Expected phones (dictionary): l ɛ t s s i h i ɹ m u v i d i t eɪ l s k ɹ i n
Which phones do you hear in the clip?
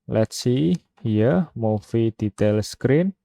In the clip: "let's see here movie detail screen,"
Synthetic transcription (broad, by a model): l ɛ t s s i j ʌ m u f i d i t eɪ l s k ɹ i n